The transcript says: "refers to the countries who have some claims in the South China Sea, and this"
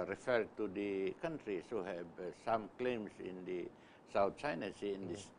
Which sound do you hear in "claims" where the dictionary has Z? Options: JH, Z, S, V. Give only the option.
S